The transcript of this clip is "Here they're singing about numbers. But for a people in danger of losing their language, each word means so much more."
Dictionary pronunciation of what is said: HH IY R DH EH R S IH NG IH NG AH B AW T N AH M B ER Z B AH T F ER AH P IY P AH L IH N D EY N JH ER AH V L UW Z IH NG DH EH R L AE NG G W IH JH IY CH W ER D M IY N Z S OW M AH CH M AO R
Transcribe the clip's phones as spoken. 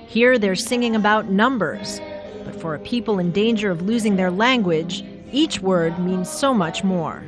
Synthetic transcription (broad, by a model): HH IY R DH EH R S IH NG IH NG AH B AW T N AH M B ER Z B AH T F ER AH P IY P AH L IH N D EY N JH ER AH V L UW Z IH NG DH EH R L AE NG G W IH JH IY CH W ER D M IY N Z S OW M AH CH M AO R